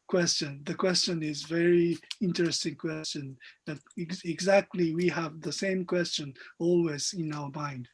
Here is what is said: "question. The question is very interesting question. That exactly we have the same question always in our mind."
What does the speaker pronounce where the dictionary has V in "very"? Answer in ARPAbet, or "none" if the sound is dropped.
V